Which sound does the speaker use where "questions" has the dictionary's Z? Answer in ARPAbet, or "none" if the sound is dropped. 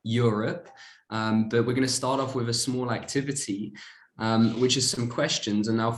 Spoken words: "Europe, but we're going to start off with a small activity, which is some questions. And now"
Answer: Z